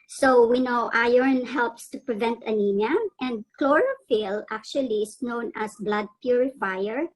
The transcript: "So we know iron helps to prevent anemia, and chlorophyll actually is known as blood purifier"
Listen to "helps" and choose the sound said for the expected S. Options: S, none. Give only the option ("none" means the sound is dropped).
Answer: S